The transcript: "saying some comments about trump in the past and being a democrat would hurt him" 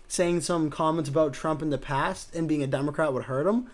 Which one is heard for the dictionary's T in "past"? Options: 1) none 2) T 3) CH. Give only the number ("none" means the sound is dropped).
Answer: 2